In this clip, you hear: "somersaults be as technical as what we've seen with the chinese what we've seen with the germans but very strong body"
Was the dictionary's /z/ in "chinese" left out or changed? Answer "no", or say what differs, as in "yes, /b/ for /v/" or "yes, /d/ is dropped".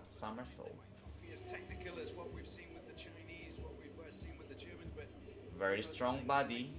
no